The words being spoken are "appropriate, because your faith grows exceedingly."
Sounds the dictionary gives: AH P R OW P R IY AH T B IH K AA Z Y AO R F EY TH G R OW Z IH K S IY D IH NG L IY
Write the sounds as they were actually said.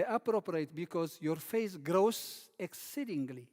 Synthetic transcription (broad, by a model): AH P R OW P R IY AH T B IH K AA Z Y AO R F EY S G R OW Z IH K S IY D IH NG L IY